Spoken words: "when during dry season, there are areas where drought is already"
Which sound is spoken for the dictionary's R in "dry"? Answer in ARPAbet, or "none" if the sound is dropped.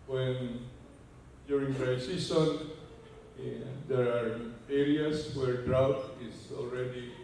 none